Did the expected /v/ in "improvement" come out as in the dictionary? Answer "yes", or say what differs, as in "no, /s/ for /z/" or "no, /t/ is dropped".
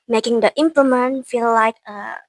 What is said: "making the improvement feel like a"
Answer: no, /v/ is dropped